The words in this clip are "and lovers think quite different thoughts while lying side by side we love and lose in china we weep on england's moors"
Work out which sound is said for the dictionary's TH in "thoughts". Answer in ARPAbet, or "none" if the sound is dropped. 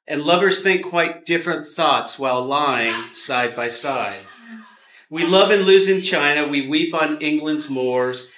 TH